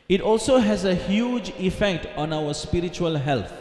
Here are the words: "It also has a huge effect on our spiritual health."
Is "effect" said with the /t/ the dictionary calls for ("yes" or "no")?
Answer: yes